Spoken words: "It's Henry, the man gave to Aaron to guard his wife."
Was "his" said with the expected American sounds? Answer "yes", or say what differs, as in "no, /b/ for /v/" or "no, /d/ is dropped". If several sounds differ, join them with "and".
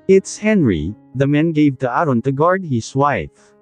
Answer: no, /s/ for /z/